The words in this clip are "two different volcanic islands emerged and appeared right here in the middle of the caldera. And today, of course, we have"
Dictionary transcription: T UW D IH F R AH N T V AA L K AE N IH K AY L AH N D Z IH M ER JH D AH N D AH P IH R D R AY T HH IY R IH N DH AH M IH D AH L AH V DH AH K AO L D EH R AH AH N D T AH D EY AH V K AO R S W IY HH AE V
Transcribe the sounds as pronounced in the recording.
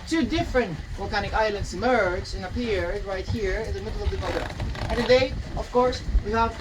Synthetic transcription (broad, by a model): T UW D IH F R AH N T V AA L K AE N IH K AY L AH N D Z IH M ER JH AH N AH P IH R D R AY T HH IY R IH N DH AH M IH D L AH V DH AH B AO D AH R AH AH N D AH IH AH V K AO R S W IY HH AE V